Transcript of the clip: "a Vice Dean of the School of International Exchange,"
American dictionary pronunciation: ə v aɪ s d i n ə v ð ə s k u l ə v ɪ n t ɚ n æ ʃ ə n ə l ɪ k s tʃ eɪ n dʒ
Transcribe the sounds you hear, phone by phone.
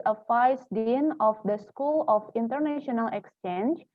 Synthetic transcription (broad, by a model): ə f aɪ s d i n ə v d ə s k u l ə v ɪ n t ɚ n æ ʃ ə n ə l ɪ k s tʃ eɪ n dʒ